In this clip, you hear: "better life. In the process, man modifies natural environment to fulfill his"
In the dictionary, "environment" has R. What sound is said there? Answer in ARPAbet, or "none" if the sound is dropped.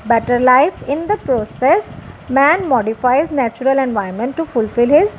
none